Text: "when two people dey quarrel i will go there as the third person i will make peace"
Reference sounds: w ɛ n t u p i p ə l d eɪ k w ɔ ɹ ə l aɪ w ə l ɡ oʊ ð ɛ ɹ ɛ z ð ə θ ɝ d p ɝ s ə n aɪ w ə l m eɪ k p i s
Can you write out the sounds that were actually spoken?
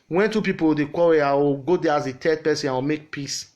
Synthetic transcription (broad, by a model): w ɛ n t u p i p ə w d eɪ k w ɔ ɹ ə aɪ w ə ɡ oʊ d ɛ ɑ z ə t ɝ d p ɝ s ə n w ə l m eɪ k p i s